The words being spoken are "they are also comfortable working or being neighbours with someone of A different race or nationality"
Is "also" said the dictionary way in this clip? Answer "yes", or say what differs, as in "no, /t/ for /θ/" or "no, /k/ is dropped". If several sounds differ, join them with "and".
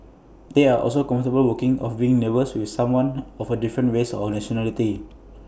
yes